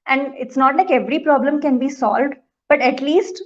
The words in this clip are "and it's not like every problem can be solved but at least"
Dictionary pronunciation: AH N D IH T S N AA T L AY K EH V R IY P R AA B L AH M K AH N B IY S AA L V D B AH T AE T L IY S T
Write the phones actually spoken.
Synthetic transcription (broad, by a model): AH N D IH T S N AA T L AY K EH V R IY P R AA B L AH M K AH N B IY S AA L V D B AH T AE T L IY S T